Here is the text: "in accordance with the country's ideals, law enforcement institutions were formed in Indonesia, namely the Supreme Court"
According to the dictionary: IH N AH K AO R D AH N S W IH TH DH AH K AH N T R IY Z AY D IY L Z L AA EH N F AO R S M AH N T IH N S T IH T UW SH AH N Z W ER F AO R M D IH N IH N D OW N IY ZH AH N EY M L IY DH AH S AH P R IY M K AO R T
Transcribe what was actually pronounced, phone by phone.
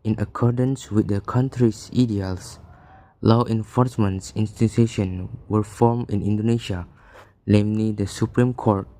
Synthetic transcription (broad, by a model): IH N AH K AO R D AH N S W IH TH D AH K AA N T R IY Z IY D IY L S L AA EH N F AO R S M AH N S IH N S T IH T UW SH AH N W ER F AO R M IH N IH N D OW N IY SH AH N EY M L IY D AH S AH P R IY M K AO R T